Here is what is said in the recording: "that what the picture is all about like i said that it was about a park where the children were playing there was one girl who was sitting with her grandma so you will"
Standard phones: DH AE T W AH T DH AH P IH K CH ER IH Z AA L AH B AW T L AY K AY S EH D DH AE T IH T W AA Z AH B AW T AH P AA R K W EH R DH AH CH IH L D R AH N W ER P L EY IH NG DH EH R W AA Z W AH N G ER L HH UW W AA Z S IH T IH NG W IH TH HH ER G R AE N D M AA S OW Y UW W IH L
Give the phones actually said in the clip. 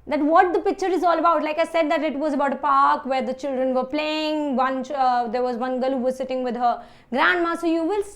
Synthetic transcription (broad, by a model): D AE T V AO T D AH P IH K CH ER IH Z AA L AH B AW T L AY K AY S EH D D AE T IH T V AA Z AH B AW T AH P AA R K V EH R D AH CH IH L D R AH N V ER P L EY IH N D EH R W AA Z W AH N G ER L HH UW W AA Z S IH T IH NG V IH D HH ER G R AE N D M AA S OW Y UW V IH L